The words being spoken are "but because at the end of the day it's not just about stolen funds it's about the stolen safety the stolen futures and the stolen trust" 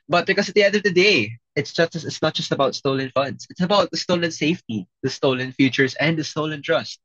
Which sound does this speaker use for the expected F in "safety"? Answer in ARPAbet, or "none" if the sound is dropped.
F